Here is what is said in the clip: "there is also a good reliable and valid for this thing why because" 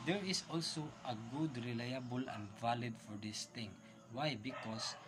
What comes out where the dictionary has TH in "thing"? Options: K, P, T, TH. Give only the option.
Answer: T